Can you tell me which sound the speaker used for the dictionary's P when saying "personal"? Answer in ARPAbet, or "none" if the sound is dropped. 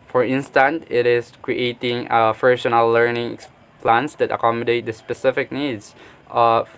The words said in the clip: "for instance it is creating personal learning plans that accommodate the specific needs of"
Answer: F